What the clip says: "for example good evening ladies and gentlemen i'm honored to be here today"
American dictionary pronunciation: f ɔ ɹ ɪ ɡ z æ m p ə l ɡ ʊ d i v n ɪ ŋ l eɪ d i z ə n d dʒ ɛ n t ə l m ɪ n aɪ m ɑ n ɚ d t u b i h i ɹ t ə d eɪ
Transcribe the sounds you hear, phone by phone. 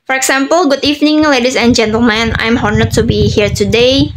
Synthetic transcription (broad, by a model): f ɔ ɹ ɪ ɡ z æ m p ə l ɡ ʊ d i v n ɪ ŋ l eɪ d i s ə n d dʒ ɛ n t ə l m ɪ n aɪ m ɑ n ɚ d t u b i h i ɹ t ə d eɪ